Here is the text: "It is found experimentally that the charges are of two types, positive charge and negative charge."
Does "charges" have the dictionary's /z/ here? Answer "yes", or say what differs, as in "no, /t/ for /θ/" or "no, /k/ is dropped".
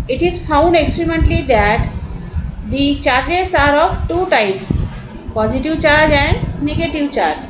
no, /s/ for /z/